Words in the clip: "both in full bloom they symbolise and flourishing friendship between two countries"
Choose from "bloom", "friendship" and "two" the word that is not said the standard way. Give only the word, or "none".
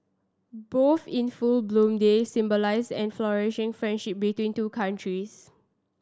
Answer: none